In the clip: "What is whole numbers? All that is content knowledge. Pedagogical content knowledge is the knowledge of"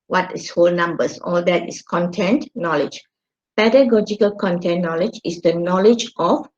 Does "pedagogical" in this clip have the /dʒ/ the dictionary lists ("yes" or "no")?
yes